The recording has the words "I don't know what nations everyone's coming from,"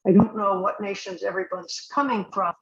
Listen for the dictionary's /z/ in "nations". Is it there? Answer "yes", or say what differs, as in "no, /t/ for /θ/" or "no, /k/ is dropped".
yes